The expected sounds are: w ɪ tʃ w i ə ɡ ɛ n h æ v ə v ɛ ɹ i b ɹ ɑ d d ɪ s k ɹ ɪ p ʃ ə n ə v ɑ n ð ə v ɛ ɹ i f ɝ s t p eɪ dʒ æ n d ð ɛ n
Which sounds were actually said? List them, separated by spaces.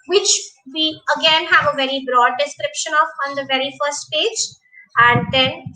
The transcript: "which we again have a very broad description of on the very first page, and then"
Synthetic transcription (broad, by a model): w ɪ tʃ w i ə ɡ ɛ n h æ v ə v ɛ ɹ i b ɹ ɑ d d ɪ s k ɹ ɪ p ʃ ə n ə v ɑ n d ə v ɛ ɹ i f ɝ s t p eɪ dʒ æ n d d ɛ n